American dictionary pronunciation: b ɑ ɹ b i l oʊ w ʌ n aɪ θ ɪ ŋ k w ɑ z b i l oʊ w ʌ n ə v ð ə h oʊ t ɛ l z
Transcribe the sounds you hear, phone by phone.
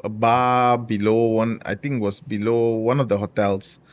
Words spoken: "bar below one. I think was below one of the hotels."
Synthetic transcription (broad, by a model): b ɑ b i l oʊ w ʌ n aɪ t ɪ ŋ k w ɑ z b i l oʊ w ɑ n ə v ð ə h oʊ t ɛ l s